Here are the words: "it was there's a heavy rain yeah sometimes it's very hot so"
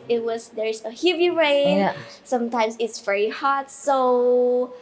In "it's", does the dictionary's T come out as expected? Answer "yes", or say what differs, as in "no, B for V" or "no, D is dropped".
yes